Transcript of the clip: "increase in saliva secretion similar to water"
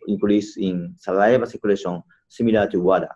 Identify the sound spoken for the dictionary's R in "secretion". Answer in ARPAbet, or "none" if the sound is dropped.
L